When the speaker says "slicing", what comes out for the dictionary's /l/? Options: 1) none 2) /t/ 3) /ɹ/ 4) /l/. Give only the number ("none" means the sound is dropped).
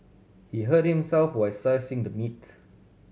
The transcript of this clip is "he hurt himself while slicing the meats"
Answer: 1